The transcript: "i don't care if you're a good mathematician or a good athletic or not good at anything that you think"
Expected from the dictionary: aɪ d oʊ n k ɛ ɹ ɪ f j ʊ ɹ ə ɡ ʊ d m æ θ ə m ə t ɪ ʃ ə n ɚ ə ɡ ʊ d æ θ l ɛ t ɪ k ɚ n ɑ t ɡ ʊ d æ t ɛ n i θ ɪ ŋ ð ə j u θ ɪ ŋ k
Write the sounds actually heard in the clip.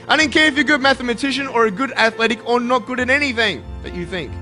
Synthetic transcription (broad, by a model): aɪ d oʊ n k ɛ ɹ ɪ f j ə ɡ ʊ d m æ θ ə m ə t ɪ ʃ ə n ɚ ə ɡ ʊ d æ θ l ɛ t ɪ k ɚ n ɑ t ɡ ʊ d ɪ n ɛ n i θ ɪ ŋ ð ə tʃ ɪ θ ɪ ŋ k